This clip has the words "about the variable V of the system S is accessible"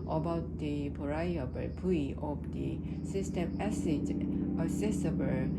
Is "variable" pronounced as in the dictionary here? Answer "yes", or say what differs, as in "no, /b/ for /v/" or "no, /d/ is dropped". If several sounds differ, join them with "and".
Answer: no, /p/ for /v/